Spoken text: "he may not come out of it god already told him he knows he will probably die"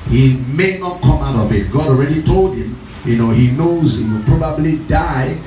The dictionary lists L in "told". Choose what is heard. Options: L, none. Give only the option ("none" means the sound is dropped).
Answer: L